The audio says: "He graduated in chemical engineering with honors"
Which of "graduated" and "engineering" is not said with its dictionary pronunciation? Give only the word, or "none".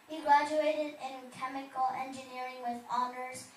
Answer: none